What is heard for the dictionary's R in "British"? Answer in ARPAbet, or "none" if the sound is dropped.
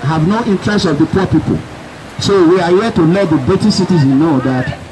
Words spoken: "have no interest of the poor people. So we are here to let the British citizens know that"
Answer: none